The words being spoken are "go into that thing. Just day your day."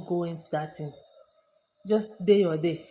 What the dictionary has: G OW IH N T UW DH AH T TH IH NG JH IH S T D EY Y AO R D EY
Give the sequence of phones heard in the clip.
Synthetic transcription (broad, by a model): G OW IH N T UW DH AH T T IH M JH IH S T D EY Y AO D EY